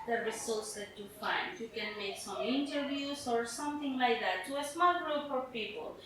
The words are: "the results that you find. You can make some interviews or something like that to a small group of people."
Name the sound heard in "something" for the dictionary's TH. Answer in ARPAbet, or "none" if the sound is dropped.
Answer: T